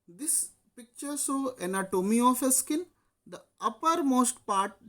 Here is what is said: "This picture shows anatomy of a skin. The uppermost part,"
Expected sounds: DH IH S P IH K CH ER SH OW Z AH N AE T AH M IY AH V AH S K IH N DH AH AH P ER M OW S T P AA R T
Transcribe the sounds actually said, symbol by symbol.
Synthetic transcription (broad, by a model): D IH S P IH K CH ER S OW AH N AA T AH M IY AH F AH S K IH N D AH AH P ER M OW S T P AA R T